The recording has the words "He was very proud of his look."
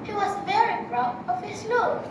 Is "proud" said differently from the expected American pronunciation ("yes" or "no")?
yes